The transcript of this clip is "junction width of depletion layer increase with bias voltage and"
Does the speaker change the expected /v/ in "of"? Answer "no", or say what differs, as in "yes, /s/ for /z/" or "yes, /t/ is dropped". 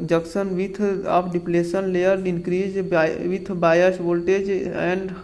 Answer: yes, /p/ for /v/